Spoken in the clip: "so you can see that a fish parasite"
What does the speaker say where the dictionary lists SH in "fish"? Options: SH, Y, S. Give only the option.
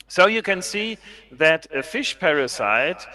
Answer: SH